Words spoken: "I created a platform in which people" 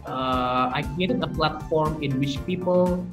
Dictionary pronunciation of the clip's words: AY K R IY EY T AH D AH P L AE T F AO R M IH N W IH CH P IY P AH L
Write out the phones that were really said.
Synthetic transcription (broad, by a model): AY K IY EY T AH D AH P L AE T F AO R M IH N W IH CH P IY P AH L